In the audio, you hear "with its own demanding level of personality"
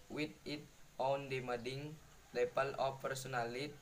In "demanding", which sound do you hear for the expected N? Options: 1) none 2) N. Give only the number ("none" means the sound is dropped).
1